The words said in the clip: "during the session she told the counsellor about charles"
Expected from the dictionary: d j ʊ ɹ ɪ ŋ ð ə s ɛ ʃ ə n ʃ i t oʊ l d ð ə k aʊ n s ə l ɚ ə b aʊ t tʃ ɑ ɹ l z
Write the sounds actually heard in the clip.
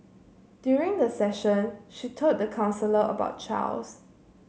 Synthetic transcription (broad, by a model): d j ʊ ɹ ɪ ŋ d ə s ɛ ʃ ə n ʃ i t oʊ d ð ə k aʊ n s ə l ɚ ə b aʊ t tʃ ɑ l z